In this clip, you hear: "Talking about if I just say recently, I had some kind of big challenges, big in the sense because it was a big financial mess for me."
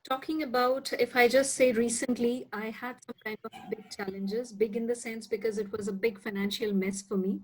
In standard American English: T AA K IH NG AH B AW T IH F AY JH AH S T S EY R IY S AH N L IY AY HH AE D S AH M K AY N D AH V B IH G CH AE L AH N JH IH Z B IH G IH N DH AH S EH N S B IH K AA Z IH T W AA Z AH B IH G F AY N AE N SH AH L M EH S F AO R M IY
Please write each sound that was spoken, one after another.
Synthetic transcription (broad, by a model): T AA K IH NG AH B AW T IH F AY JH AH S T S EY R IY S AH N L IY AY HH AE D S AH M K AY N D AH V B IH G CH AE L AH N JH IH Z B IH G IH N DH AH S EH N S B IH K AA Z IH T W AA Z AH B IH G F AY N AE N SH AH L M EH S F AO R M IY